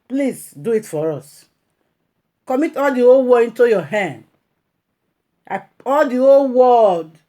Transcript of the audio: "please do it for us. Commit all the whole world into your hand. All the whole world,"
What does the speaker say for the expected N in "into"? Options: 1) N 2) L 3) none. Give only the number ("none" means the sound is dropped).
1